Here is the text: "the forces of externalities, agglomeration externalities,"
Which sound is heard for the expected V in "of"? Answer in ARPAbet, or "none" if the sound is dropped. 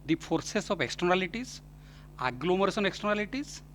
P